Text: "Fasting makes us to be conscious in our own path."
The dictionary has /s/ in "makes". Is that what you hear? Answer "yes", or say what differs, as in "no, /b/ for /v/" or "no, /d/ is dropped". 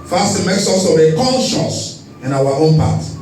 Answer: yes